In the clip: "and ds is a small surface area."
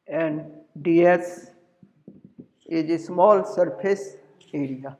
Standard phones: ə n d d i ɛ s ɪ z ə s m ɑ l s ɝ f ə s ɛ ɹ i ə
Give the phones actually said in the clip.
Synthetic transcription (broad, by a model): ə n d d i ɛ s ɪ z ə s m ɑ l s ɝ p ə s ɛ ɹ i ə